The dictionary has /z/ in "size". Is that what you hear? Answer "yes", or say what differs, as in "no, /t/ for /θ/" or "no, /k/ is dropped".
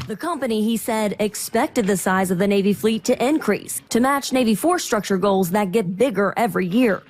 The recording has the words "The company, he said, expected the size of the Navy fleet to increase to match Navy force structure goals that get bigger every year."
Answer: yes